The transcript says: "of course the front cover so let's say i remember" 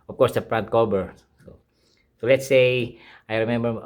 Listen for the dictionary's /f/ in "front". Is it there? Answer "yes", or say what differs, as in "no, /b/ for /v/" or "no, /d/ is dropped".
no, /p/ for /f/